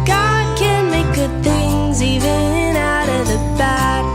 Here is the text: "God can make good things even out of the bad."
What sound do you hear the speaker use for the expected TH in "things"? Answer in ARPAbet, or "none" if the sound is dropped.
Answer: TH